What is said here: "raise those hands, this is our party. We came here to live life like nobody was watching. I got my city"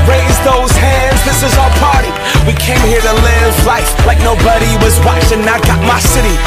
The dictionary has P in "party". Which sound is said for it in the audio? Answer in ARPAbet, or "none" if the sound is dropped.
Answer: P